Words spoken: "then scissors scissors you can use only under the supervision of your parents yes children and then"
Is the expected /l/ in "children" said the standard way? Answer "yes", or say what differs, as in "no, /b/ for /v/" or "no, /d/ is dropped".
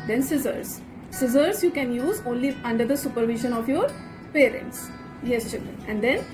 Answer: no, /l/ is dropped